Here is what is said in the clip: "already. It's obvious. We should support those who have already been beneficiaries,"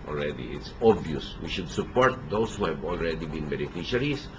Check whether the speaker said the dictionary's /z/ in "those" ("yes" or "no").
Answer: no